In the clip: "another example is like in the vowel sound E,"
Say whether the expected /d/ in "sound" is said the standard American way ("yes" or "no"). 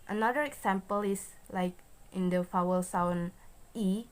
no